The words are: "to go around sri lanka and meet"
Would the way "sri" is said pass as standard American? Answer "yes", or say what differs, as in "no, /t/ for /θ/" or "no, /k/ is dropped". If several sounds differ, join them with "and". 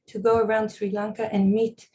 yes